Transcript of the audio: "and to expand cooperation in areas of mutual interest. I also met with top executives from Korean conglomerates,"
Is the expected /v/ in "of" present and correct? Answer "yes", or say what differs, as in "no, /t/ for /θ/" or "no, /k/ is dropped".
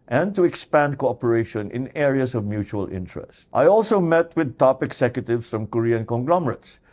yes